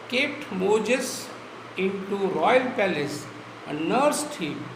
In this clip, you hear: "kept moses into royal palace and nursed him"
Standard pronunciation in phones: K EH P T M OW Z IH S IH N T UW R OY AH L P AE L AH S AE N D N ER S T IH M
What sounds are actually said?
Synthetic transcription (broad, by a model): K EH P T M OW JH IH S IH N T UW R OY AH L P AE L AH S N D N ER S T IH